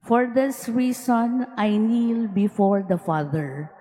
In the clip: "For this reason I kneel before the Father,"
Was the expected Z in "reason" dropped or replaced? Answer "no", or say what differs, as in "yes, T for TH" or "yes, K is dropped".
yes, S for Z